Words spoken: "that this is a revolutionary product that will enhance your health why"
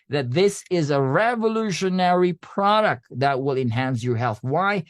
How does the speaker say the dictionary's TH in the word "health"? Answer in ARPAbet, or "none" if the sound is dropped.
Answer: TH